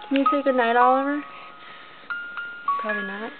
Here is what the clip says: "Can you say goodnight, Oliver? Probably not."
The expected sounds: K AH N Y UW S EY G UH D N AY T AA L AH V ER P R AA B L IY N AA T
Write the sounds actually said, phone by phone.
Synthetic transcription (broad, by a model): K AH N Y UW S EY G UH D N AY T AA L AH V ER P R AA B L IY N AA T